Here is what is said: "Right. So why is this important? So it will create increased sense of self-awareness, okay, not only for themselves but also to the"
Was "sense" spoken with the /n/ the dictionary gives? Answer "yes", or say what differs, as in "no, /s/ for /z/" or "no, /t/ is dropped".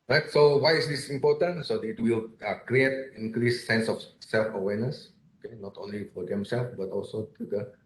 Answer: yes